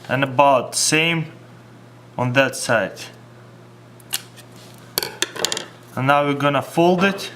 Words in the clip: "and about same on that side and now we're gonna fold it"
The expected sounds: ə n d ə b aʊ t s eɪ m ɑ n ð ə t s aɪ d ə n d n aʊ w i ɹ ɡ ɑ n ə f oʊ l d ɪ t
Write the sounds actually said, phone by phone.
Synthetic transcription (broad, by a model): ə n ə b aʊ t s eɪ m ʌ n ð ə t s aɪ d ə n n aʊ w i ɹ ɡ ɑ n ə f oʊ l d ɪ t